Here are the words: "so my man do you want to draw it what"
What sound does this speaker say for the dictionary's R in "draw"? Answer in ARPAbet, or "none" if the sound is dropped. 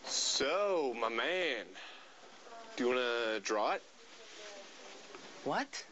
R